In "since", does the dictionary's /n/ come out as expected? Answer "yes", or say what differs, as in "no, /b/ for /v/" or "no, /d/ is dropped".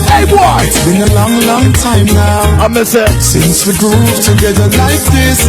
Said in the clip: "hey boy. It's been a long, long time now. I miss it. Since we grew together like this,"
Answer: yes